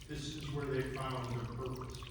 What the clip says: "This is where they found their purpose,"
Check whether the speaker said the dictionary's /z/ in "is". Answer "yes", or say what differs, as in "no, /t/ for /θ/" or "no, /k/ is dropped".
yes